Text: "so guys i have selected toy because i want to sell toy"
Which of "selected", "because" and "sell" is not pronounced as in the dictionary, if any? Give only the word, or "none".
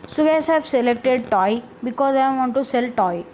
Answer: none